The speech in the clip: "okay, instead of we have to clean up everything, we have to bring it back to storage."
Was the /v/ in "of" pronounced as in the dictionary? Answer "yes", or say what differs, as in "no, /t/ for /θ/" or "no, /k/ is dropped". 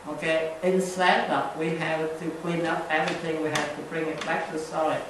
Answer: no, /p/ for /v/